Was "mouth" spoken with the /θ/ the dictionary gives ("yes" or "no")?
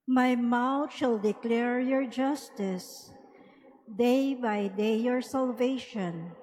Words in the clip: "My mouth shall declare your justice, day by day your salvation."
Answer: no